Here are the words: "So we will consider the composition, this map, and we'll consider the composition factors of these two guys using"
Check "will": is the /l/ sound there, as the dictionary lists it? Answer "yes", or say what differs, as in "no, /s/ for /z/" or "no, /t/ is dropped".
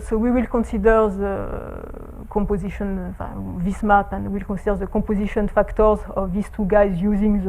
yes